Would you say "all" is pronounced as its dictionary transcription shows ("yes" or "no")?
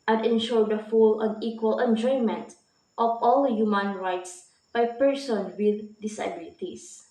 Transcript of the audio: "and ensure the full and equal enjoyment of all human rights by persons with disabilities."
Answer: yes